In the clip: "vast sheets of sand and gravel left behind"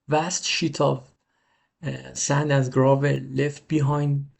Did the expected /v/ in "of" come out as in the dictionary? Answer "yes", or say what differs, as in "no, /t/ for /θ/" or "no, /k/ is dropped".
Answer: yes